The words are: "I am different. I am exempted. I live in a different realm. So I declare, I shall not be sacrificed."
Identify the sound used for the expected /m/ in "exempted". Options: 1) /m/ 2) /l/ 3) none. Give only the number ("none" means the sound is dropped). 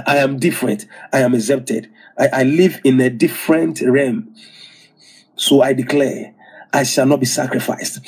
3